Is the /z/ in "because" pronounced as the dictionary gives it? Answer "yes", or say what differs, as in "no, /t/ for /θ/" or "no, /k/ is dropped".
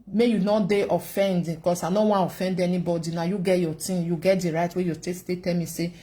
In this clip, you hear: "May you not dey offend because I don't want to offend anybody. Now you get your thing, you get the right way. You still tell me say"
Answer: no, /s/ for /z/